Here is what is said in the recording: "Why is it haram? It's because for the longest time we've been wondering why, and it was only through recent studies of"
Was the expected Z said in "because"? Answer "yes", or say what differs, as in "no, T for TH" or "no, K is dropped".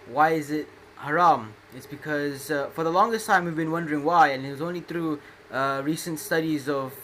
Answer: yes